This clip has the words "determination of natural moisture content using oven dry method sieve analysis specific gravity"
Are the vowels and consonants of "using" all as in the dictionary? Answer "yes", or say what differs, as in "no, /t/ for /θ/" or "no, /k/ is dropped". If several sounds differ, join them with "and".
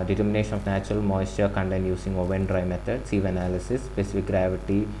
no, /s/ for /z/